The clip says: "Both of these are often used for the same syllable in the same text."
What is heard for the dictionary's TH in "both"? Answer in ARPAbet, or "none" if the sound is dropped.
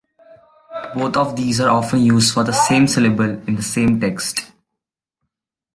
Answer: T